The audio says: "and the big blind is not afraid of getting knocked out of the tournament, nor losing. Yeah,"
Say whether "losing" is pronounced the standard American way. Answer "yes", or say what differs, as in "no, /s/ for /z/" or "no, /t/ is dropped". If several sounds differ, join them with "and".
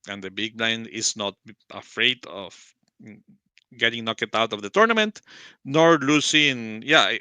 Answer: no, /s/ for /z/